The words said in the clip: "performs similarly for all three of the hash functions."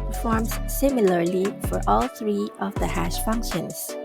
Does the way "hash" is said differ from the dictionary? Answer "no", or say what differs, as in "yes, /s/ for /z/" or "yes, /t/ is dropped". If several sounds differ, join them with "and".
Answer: no